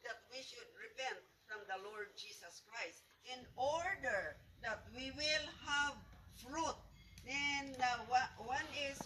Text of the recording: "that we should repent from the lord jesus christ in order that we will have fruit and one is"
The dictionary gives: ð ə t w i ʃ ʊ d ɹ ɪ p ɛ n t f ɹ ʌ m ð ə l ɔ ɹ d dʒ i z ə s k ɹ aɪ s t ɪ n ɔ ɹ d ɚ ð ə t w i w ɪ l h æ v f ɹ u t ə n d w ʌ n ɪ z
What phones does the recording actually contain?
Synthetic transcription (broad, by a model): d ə t w i ʃ ʊ d ɹ ɪ p ɛ n t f ɹ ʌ m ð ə l ɔ ɹ d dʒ i s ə s k ɹ aɪ s t ɪ n ɔ ɹ d ɚ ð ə t w i w ɪ l h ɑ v f ɹ u t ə n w w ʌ n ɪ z